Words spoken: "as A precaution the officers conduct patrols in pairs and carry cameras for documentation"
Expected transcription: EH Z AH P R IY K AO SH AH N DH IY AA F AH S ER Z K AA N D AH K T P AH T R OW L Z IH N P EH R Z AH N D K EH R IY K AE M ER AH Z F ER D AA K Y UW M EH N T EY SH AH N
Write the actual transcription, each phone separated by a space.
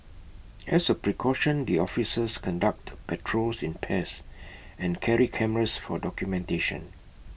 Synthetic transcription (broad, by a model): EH S AH P R IY K AO SH AH N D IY AA F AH S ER S K AA N D AH K T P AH T R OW L S IH N P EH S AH N K EH R IY K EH M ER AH S F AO D AA K Y UW M EH N T EY SH AH N